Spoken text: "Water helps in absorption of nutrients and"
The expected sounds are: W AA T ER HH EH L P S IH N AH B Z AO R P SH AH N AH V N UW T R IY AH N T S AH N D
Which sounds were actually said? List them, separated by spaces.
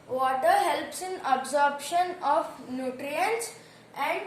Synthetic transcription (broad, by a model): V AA T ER HH EH L P S IH N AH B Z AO R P SH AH N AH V N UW T R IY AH N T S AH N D